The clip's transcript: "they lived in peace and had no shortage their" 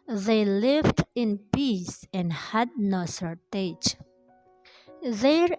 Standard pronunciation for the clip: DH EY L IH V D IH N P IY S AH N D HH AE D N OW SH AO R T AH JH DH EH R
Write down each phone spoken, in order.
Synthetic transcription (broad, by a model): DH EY L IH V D IH N P IY S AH N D HH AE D N OW S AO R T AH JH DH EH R